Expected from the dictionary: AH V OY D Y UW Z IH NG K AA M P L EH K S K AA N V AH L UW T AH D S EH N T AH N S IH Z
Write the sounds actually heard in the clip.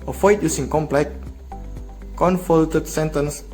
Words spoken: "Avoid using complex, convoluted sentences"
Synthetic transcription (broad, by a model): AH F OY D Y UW S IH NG K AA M P L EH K K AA N F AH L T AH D S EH N T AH N S